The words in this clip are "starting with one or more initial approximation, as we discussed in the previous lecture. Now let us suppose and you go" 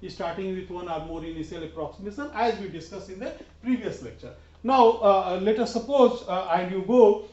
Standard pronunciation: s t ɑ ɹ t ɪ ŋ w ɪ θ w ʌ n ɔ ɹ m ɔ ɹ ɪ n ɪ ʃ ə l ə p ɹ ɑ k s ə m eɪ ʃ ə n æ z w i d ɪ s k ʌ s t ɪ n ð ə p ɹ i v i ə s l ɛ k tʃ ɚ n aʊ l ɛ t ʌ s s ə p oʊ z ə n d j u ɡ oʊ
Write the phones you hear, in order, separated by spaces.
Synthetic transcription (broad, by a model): s t ɑ ɹ t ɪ ŋ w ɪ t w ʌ n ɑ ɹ m ɔ ɹ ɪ n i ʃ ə l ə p ɹ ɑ k s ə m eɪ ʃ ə n æ z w i d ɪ s k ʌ s ɪ n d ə p ɹ i v i ə s l ɛ k tʃ ɚ n aʊ l ɛ t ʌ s s ə p oʊ z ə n d j u ɡ oʊ